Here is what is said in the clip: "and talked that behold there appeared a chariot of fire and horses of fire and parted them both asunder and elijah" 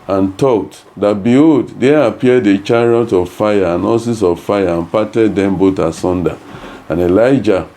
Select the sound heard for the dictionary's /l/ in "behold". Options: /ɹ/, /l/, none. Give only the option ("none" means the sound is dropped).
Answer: none